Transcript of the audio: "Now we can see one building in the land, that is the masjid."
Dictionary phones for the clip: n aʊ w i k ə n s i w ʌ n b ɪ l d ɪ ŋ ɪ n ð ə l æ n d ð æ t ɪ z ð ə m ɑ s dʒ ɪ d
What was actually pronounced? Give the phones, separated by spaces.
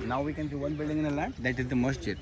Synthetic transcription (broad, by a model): n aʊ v i k ə n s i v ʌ n b ɪ l d ɪ ŋ ɪ n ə l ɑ d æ t ɪ z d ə m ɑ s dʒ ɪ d